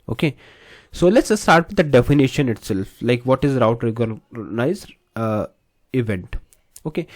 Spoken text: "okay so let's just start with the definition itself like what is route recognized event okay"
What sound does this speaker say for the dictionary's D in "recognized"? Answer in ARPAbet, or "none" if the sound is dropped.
none